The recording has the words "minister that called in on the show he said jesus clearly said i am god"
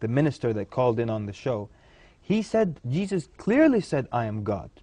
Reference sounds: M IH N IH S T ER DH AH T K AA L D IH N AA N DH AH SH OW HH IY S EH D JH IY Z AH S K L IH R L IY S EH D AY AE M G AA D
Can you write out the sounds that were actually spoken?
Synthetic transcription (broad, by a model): M IH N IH S T ER DH AH T K AA L D IH N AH N DH AH SH OW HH IY S EH D JH IY Z AH S K L IH R L IY S EH D AY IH M G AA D